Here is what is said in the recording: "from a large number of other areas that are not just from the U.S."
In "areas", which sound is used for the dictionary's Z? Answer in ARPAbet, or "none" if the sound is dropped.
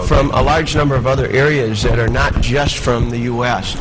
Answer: Z